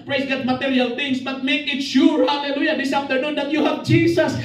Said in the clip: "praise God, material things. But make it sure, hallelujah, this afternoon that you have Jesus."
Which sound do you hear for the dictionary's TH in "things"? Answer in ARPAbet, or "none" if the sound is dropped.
T